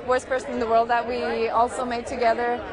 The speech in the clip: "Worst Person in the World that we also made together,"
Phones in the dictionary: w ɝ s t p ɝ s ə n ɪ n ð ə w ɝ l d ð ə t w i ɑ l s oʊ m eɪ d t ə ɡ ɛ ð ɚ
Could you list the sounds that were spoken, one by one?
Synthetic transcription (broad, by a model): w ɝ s p ɝ s ə n ɪ n ð ə w ɝ l d ð ə t w i ɑ l s oʊ m eɪ d t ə ɡ ɛ ð ɚ